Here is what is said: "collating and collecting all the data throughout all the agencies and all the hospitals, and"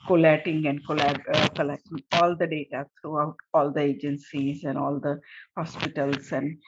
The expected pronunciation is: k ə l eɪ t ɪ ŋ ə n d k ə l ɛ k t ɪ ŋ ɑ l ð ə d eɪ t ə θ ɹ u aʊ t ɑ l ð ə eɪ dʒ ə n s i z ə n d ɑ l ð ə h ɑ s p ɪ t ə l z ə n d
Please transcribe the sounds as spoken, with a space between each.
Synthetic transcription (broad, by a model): k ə l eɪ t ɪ ŋ ə n d k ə l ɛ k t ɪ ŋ ɑ l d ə d eɪ t ə t ɹ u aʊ t ɑ l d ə eɪ dʒ ə n s i z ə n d ɑ l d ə h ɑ s p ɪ t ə l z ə n d